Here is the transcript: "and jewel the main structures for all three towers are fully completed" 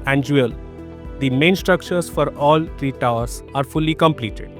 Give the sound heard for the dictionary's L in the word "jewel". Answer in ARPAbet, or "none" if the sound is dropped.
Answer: L